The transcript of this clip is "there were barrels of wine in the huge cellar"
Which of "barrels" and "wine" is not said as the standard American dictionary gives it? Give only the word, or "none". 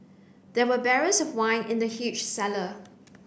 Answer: barrels